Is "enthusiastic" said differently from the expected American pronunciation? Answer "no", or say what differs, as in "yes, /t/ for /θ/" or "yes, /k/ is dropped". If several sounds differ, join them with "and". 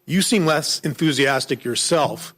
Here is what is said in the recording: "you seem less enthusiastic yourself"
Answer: no